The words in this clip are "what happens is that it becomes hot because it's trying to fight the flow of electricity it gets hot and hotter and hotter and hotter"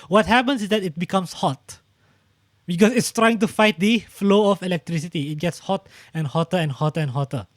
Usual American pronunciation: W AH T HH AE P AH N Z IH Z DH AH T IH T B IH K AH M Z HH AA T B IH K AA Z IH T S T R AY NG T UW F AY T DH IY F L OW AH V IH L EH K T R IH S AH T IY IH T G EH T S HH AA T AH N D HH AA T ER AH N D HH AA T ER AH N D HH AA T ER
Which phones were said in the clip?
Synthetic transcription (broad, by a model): W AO T HH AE P AH N S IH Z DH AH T IH T B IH K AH M S HH AA T B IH K AA S IH T S T R AY NG T UW F AY T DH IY F L OW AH F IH L EH K T R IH S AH T IY IH T G EH T S HH AA T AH N HH AA T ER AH N HH AA T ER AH N HH AA T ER